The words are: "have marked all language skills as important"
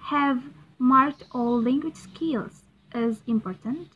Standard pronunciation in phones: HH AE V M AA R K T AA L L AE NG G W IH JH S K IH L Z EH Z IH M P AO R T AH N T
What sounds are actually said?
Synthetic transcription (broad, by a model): HH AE V M AA R K T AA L L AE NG G W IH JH S K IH L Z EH Z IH M P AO R T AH N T